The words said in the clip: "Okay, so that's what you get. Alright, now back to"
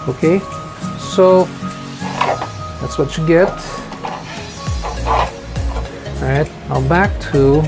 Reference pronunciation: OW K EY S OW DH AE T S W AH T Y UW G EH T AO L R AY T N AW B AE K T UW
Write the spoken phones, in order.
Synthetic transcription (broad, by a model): OW K EY S OW DH AE T S W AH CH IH G EH T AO R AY T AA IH B AE K T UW